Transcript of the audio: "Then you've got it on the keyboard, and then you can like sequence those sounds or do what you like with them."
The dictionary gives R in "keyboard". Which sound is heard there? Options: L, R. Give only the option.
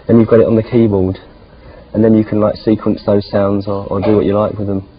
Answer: L